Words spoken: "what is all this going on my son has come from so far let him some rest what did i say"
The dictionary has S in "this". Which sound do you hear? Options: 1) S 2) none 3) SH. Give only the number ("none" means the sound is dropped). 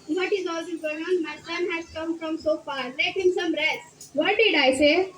2